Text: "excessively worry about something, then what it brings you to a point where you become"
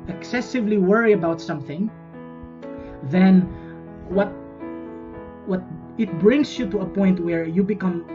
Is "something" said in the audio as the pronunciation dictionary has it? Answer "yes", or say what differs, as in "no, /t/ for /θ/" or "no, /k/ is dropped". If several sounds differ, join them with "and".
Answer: yes